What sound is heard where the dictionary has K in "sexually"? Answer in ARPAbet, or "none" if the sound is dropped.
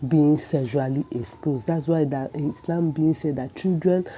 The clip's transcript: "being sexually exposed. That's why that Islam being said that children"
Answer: none